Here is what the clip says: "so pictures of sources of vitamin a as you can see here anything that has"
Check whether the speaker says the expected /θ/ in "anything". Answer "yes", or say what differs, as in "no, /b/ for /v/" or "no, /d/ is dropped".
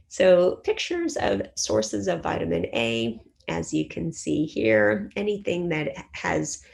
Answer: yes